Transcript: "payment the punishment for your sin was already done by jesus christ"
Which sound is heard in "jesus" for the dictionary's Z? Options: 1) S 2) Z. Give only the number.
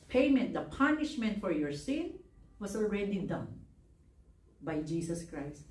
1